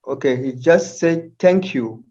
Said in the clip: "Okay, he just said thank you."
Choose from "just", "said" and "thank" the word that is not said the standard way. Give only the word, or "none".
thank